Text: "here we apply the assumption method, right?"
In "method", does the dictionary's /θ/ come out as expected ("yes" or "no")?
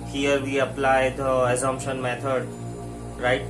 no